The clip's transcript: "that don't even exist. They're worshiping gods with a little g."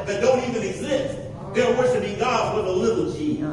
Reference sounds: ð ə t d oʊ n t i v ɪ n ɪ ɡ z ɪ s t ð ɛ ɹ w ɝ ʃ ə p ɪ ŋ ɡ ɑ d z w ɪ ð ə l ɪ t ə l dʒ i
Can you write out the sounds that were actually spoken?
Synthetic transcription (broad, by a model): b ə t d oʊ n t i v ɪ n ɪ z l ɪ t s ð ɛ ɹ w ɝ s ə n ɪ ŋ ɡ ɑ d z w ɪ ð ə l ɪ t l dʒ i